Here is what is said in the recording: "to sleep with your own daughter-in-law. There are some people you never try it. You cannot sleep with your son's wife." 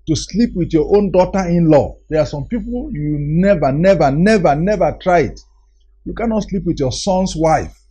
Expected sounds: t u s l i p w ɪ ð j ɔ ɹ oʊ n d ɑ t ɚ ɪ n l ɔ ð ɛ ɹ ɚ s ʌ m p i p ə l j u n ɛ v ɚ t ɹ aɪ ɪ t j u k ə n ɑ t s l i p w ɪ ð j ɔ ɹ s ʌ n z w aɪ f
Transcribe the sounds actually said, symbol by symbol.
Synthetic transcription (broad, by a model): t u s l i p w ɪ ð j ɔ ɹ oʊ n d ɑ t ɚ ɪ n l ɔ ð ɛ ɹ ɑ s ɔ m p i p ə l j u n ɛ v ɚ t ɹ aɪ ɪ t j u k ə n ɑ t s l i p w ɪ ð j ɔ s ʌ n s w aɪ f